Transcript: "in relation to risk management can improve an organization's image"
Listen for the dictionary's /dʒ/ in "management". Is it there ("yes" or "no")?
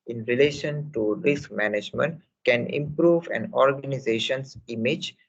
yes